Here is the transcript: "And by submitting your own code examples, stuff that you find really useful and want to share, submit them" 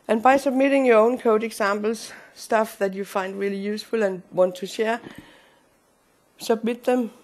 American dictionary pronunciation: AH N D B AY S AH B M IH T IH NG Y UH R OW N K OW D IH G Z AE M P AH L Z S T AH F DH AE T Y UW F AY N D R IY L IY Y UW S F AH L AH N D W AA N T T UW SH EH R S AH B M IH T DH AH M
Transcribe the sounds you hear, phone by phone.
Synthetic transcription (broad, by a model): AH N B AY S AH B M IH T IH NG Y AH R OW N K OW D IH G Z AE M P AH L S T AH F DH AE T Y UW F AY N D R IY L IY Y UW S F AH L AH N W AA N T T UW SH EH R S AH B M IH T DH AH M